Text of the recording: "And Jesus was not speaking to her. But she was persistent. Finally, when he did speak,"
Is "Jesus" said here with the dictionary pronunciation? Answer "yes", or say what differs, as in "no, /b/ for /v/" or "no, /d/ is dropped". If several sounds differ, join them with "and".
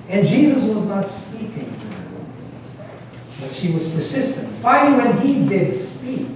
yes